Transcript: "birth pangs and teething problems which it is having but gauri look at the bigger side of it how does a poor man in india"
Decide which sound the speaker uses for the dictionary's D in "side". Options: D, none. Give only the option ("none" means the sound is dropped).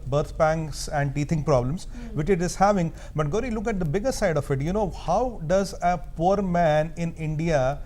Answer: D